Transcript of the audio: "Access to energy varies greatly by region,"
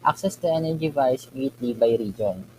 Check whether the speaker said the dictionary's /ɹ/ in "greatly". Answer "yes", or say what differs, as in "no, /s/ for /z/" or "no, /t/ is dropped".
no, /ɹ/ is dropped